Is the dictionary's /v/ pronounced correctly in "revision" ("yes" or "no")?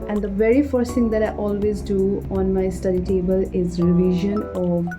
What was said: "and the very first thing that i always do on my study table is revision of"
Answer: yes